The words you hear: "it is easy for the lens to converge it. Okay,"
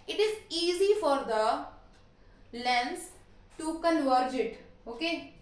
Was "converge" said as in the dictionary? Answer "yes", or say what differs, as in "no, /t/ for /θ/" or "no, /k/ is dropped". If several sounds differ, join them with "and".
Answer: yes